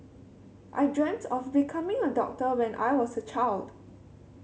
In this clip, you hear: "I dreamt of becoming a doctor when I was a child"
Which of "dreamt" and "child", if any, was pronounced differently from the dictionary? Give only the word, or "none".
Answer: none